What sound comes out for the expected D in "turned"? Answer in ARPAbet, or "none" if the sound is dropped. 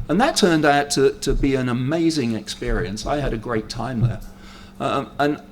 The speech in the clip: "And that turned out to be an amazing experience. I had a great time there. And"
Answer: D